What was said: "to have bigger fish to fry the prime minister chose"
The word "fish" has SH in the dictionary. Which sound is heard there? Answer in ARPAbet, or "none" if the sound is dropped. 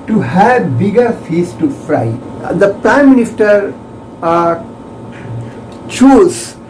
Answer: S